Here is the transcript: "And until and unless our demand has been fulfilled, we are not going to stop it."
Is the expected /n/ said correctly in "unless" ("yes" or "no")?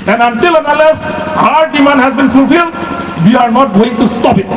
no